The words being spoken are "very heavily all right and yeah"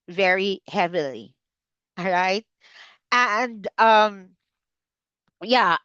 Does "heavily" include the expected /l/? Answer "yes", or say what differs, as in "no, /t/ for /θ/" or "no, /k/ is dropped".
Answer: yes